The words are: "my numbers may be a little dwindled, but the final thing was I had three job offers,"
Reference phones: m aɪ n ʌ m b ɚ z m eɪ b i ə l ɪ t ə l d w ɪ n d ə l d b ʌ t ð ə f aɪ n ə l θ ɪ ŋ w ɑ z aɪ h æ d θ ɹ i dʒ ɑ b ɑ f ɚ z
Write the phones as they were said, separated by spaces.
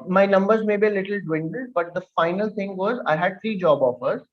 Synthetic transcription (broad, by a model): m aɪ n ʌ m b ɚ z m eɪ b i ə l ɪ t ə l d w ɪ n d ə l d b ʌ t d ə f aɪ n ə l t ɪ ŋ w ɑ z aɪ h æ d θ ɹ i dʒ ɑ b ɑ f ɚ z